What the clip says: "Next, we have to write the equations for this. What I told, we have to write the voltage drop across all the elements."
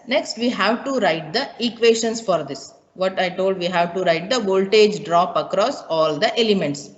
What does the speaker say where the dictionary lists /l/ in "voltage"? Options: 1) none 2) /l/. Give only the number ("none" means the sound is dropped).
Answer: 2